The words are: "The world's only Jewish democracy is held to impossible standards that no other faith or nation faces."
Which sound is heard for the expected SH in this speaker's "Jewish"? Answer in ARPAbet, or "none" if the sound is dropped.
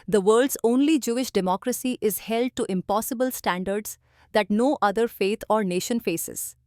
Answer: SH